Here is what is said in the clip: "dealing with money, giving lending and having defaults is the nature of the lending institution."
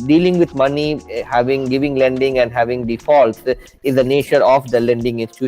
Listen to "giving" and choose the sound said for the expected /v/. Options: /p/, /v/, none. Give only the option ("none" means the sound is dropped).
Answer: /v/